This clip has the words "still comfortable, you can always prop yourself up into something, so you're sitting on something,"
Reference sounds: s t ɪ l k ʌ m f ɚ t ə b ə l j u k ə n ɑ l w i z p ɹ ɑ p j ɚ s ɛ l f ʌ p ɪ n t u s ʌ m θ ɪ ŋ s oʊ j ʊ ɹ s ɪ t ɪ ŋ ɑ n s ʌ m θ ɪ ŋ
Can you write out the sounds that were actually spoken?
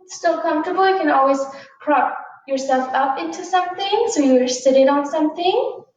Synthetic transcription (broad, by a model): s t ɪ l k ʌ m f t ə b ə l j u k ə n ɑ l w i z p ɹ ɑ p j ɚ s ɛ l f ʌ p ɪ n t u s ʌ m θ ɪ ŋ s oʊ j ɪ s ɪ t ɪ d n s ʌ m θ ɪ ŋ